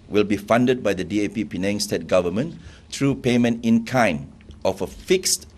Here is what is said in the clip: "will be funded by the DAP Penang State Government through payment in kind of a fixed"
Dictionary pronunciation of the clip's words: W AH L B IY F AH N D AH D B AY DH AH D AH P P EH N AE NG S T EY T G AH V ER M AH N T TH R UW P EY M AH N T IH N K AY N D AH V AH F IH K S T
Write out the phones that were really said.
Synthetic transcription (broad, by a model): W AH L B IY F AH N D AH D B AY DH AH D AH P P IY N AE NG S T EY T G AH V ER M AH N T R UW P EY M AH N T IH N K AY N AH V AH F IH K S T